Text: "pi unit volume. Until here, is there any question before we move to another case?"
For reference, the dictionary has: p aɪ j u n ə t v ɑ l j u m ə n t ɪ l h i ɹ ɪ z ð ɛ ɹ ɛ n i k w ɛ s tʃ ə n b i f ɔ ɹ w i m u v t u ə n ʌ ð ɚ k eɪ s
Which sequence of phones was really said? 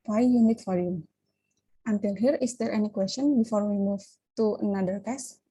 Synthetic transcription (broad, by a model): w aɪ j u n ə t f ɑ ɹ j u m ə n t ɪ l h i ɹ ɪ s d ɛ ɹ ɛ n i k w ɛ s tʃ ə n b i f ɔ ɹ w i m u v t u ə n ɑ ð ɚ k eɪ s